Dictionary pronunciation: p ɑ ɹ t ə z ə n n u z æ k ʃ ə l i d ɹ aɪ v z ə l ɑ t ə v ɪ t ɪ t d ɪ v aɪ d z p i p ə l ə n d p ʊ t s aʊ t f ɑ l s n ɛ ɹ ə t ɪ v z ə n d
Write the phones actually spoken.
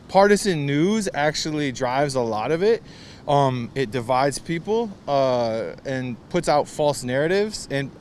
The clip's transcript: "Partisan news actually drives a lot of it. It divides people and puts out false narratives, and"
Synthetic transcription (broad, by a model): p ɑ ɹ t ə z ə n n u z æ k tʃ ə l i d ɹ aɪ v z ə l ɑ t ə v ɪ t ɪ t d ɪ v aɪ d z p i p l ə n p ʊ t s aʊ t f ɑ l s n ɛ ɹ ə t ɪ v z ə n